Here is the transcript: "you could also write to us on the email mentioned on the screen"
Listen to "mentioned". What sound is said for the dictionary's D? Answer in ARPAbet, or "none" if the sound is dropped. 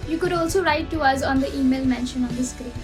none